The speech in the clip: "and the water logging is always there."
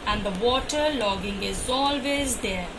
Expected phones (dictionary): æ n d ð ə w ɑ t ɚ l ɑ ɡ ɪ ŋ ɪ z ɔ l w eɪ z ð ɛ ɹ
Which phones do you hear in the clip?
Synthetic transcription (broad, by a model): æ n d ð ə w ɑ t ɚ l ɑ ɡ ɪ ŋ ɪ z ɔ l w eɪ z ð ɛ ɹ